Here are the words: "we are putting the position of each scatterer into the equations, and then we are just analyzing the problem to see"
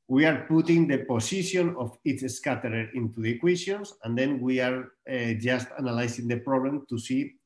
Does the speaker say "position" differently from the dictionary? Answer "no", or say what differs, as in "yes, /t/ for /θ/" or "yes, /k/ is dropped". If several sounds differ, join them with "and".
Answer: yes, /s/ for /z/